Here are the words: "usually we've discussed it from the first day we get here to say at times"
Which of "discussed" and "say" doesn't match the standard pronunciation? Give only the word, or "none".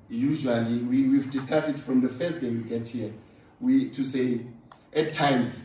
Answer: discussed